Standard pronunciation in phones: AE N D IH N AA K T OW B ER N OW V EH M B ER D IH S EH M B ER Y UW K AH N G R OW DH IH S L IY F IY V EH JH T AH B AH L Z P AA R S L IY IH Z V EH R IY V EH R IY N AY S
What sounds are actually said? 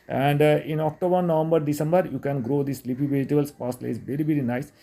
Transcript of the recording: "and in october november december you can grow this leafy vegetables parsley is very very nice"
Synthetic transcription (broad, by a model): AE N D IH N AA K T OW B ER N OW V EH M B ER D IH S EH M B ER Y UW K AH N G R OW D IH S L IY P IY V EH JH T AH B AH L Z P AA S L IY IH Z V EH R IY V EH R IY N AY S